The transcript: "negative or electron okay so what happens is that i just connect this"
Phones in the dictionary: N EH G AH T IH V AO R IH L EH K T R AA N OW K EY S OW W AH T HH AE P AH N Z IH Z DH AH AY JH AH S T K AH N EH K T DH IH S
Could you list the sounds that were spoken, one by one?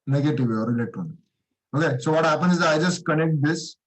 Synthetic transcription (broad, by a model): N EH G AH T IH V AO R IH L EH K T AA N OW K EY S OW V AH T HH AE P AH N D IH Z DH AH AY JH AH S T K AH N EH K T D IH S